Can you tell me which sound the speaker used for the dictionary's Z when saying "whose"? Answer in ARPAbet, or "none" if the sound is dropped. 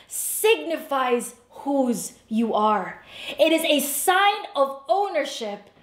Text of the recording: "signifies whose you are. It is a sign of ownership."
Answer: Z